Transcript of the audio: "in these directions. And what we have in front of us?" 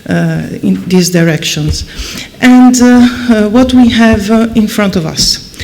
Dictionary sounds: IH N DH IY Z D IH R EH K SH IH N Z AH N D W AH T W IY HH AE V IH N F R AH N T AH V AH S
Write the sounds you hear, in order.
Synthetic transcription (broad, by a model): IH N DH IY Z D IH R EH K SH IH N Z AH N D W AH T W IY HH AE V IH N F R AH N T AH V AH S